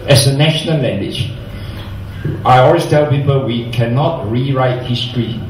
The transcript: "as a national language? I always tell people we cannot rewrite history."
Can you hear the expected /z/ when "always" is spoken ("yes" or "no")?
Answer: no